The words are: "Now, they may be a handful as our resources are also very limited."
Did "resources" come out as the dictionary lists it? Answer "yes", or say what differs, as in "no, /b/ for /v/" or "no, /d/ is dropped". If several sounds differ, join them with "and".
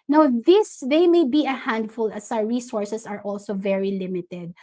no, /s/ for /z/